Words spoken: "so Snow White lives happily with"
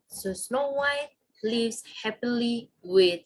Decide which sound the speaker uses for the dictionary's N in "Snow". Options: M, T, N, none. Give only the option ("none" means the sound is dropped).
N